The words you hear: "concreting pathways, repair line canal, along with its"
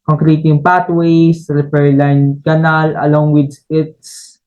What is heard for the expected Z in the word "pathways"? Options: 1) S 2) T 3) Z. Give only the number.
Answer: 1